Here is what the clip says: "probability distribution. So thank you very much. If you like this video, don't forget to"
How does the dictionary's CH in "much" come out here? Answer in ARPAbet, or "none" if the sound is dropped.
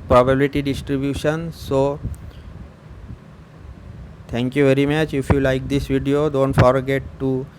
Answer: CH